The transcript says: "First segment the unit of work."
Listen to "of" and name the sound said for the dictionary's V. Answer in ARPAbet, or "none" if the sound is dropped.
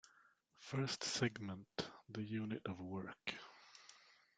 V